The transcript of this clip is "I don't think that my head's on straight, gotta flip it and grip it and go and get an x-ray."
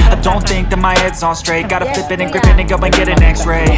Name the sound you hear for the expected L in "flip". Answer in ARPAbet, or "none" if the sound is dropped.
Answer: none